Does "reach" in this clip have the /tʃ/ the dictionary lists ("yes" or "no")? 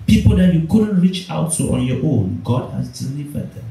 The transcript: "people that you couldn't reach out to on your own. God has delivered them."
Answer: yes